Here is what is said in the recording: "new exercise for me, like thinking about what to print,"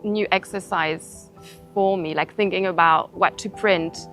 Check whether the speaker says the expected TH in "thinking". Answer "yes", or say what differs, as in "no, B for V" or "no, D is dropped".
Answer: yes